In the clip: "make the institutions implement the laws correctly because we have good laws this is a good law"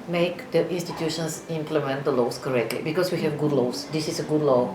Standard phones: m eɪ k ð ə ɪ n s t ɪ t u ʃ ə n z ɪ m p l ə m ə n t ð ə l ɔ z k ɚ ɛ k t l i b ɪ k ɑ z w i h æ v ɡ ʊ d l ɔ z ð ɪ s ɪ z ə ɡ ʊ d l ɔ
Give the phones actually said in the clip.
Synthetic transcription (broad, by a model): m eɪ k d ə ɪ n s t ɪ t u ʃ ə n s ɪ m p l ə m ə n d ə l ɔ s k ɚ ɛ k t l i b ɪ k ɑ s w i h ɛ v ɡ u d l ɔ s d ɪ s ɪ s ə ɡ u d l ɔ